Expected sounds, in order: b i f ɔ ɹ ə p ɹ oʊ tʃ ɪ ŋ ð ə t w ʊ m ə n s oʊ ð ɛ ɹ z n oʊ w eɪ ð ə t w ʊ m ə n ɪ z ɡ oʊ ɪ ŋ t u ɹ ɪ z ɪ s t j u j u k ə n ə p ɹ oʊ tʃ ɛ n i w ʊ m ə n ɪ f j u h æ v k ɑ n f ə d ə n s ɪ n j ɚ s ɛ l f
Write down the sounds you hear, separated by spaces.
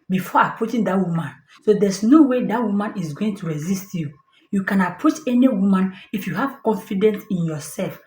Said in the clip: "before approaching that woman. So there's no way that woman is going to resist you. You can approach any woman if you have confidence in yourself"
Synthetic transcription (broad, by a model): b i f ɔ ə p ɹ oʊ tʃ ɪ ŋ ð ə t w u m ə n s oʊ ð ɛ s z n oʊ w eɪ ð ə t w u m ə n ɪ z ɡ oʊ ɪ ŋ t u ɹ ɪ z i s t j u j u k ə n ə p ɹ oʊ tʃ ɛ n i w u m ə n ɪ f j u h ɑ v k ɑ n f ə d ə n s ɪ n j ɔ s ɛ l f